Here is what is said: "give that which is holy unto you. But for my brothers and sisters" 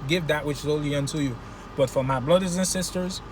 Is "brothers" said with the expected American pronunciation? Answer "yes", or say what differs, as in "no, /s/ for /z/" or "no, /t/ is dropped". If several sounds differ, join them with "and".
no, /l/ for /ɹ/